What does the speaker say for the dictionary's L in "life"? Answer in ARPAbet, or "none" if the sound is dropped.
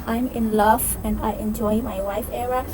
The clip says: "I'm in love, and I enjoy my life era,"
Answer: W